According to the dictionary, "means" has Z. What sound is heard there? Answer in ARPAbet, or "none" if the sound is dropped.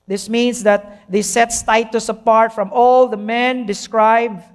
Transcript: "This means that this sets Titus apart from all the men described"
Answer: S